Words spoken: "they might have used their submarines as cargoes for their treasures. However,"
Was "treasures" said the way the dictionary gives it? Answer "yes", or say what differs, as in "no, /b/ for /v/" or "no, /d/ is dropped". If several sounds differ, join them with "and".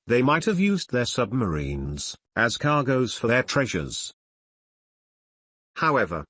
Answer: yes